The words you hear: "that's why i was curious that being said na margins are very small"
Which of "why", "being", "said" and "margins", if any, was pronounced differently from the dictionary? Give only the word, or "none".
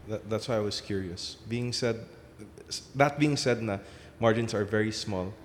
margins